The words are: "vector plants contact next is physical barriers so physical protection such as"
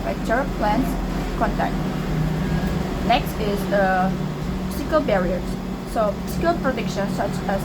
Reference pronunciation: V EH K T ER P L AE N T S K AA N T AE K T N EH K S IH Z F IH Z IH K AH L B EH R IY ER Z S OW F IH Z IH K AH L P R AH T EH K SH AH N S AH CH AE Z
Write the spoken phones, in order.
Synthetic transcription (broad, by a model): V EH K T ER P L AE N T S K AA N T AE K T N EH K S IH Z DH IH S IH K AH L B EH R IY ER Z S OW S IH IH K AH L P R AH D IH K SH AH N S AH CH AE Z